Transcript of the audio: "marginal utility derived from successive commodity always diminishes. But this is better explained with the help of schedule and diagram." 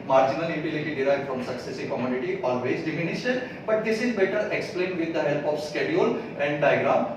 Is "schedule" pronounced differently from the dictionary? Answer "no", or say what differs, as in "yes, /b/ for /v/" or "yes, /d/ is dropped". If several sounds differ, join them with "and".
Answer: no